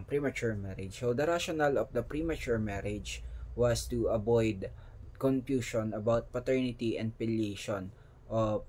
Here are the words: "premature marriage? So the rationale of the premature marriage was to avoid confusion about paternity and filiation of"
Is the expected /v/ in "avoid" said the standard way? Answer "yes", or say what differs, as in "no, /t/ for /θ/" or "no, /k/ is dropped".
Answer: no, /b/ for /v/